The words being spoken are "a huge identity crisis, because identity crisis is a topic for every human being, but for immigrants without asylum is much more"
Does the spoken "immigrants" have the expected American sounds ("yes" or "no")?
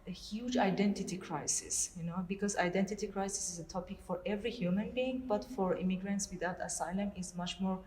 yes